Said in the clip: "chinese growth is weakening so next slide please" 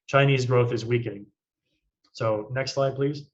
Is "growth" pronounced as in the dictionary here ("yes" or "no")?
yes